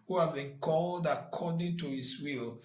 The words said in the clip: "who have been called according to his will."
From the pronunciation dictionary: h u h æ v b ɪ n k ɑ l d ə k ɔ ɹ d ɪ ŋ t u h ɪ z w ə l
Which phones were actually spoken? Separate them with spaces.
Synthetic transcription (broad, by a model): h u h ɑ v b ɪ n k ɑ l d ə k ɔ d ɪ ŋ t u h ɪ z w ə l